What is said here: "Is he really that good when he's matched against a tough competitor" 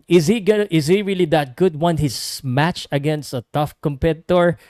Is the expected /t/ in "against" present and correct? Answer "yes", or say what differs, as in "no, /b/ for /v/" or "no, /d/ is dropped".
yes